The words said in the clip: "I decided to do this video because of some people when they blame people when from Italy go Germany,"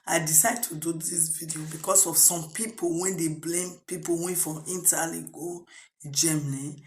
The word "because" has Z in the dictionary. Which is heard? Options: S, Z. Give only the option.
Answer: S